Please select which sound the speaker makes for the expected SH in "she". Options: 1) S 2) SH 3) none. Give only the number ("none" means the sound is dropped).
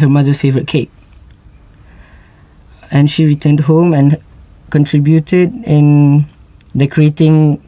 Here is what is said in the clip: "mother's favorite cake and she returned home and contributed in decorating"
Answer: 2